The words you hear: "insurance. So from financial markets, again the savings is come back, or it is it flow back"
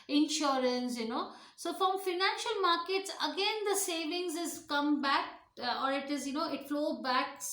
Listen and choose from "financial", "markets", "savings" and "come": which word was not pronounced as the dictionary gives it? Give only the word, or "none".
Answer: none